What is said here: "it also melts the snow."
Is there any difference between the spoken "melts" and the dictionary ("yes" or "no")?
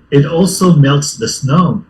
no